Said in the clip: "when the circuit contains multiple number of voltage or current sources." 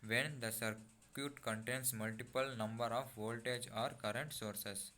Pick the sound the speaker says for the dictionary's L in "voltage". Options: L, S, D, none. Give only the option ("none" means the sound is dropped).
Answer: L